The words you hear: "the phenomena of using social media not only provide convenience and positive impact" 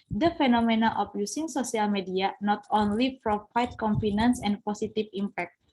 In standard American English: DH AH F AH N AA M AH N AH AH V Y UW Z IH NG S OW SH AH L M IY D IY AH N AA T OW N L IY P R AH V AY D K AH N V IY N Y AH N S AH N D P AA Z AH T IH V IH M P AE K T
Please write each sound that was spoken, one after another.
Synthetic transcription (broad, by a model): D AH F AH N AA M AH N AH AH F Y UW S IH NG S OW S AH L M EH D IY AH N AA T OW N L IY F R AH F AY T K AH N F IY N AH N S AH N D P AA S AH T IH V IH M P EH K T